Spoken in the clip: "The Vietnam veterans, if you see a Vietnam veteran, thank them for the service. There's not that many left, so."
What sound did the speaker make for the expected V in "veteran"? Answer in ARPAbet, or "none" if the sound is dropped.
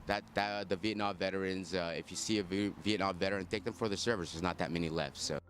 V